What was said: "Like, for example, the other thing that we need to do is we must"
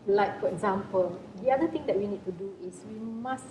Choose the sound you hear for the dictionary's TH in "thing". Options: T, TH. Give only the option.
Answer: T